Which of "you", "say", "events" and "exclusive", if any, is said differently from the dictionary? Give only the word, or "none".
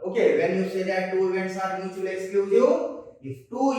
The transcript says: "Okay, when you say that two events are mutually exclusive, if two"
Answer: exclusive